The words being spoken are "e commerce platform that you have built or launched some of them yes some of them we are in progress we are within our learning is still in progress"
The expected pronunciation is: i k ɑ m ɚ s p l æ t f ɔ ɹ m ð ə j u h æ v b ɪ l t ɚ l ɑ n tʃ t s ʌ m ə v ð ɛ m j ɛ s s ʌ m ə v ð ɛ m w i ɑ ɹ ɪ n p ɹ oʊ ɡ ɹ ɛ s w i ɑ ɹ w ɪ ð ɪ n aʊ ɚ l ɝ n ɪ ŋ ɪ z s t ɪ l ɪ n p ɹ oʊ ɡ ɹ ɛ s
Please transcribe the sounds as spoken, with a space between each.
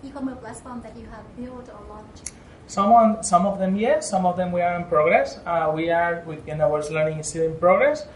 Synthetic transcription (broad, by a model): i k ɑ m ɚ p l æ s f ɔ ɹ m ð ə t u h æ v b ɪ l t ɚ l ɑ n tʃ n s ʌ m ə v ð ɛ m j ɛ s s ʌ m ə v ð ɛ m w i ɑ ɹ ɪ n p ɹ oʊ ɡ ɹ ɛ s w i ɑ ɹ w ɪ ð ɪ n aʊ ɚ l ɝ n ɪ ŋ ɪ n s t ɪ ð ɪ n p ɹ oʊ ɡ ɹ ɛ s